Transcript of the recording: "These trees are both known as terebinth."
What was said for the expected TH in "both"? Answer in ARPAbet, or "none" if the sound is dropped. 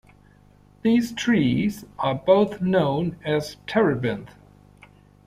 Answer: TH